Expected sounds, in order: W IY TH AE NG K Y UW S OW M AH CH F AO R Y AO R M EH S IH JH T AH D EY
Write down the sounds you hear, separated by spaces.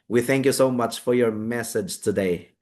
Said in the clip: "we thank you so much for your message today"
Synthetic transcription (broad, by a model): W IY TH AE NG K Y UW S OW M AH CH F AO R Y AO R M EH S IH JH T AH D EY